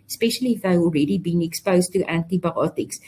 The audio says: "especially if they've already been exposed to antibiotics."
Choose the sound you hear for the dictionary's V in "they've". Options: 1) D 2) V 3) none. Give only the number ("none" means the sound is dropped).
3